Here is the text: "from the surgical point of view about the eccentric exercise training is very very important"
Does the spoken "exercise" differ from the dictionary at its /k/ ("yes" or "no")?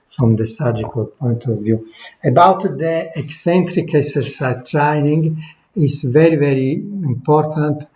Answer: yes